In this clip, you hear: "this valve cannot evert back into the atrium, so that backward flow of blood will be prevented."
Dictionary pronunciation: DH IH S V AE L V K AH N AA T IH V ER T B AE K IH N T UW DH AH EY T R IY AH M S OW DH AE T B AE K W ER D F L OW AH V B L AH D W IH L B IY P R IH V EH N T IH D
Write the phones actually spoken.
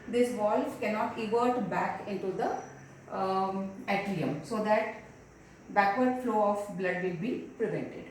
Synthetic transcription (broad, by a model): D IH S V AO L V K AH N AA T IH V ER T B AE K IH N T UW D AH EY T L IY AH M S OW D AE T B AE K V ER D F L OW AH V B L AH D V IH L B IY P R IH V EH N T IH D